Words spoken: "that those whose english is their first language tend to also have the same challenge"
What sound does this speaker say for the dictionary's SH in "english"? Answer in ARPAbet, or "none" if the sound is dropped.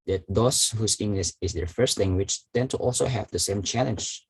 S